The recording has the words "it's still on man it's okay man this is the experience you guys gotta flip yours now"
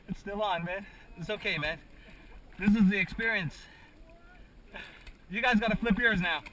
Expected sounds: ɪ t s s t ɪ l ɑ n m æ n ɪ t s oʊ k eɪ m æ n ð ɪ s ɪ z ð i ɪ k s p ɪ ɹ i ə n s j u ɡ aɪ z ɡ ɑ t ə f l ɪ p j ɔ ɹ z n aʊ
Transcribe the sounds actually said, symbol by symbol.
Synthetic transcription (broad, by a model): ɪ t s s t ɪ l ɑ n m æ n ɪ t s oʊ k eɪ m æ n ð ɪ s ɪ z ð i ɪ k s p ɪ ɹ i ə n s j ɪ ɡ aɪ z ɡ ɑ t ə f l ɪ p j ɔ ɹ z n aʊ